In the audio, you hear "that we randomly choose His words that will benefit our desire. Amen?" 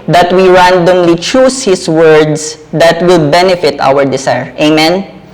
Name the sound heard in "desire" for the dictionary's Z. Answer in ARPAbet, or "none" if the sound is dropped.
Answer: S